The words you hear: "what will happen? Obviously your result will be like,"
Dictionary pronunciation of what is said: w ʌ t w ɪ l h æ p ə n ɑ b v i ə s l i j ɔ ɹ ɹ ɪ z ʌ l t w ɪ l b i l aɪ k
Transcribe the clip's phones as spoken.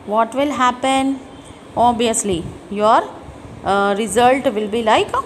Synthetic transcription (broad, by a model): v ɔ t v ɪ l h æ p ə n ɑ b i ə s l i j ɔ ɹ ɹ ɪ z ʌ l t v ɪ l b i l aɪ k